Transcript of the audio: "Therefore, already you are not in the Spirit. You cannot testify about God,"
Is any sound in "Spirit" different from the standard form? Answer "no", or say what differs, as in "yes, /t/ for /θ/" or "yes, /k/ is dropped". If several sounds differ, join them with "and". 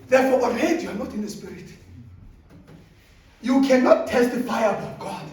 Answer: no